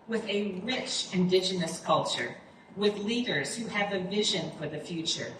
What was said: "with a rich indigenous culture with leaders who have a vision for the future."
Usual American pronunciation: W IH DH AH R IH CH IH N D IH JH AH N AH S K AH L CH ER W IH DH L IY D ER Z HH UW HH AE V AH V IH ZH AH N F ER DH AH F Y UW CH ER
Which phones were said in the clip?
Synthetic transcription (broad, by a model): W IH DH AH R IH CH IH N D IH JH AH N AH S K AH L CH ER W IH DH L IY D ER Z HH UW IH V AH V IH ZH AH N F ER DH AH F Y UW CH ER